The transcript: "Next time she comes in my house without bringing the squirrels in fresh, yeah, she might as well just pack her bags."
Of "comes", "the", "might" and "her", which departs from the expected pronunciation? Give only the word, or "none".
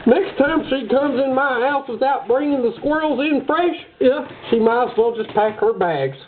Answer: none